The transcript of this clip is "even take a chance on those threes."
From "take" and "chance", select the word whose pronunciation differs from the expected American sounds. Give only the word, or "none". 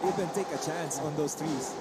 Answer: none